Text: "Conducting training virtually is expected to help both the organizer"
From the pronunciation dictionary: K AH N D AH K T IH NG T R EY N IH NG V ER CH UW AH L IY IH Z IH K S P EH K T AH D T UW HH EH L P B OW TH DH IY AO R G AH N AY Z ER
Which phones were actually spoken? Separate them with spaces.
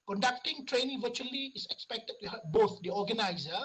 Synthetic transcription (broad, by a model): K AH N D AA K T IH NG T R EY N IH NG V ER CH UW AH L IY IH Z IH K S P EH K T AH D T UW HH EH P B OW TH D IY AO G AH N AY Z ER